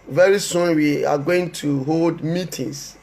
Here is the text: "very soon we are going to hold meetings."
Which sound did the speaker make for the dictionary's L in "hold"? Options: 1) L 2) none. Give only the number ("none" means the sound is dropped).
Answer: 1